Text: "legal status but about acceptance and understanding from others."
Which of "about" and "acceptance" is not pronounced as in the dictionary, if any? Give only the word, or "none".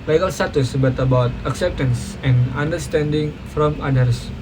none